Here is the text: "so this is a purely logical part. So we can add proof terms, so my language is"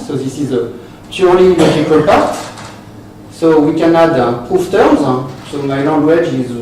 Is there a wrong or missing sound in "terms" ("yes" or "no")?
yes